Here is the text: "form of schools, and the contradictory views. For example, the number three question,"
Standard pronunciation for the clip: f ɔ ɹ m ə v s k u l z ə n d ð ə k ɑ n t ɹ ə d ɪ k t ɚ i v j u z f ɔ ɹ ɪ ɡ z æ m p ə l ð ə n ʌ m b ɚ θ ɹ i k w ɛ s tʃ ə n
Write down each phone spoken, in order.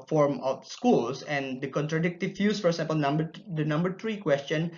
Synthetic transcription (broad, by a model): f ɔ ɹ m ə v s k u l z ə n d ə k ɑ n t ɹ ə d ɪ k t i f j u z f ɔ ɹ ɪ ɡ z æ m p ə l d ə n ʌ m b ɚ t ɹ i k w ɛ s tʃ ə n